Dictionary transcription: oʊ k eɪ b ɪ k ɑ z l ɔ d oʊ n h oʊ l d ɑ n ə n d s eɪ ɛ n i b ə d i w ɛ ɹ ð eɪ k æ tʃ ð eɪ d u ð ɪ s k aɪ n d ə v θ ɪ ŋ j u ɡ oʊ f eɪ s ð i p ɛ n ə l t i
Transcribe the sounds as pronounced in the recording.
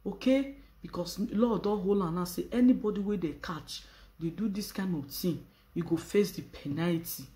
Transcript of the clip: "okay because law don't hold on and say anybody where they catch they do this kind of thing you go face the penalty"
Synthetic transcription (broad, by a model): oʊ k eɪ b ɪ k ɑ s l ɔ d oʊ h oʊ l ɑ n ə s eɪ ɛ n i b ə d i w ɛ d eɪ k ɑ tʃ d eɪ d u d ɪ s k aɪ n d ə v t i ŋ j u ɡ oʊ f eɪ s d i p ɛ n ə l t i